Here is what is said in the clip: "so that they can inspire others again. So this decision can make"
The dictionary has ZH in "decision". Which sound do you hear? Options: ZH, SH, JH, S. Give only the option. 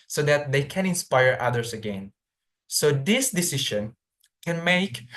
SH